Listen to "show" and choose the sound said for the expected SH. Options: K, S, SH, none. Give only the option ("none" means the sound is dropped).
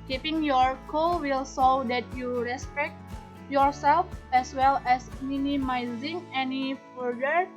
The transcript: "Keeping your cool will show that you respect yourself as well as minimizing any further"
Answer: S